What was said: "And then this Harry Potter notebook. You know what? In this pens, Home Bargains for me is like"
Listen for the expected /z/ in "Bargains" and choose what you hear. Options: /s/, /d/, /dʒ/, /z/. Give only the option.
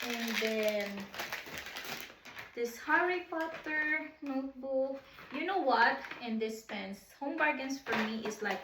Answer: /s/